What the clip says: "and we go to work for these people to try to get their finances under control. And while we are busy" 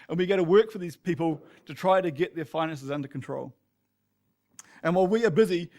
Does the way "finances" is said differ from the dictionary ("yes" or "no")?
no